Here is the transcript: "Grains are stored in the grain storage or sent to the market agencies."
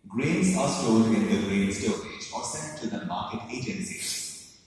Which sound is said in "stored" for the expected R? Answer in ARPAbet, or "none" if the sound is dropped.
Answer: L